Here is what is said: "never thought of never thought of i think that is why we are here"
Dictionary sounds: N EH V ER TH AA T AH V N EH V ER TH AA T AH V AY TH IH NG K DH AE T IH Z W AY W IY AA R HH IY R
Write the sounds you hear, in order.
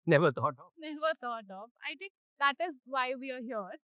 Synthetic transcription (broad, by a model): N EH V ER T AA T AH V N EH V ER T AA T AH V AY T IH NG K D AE T IH Z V AY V IY AA R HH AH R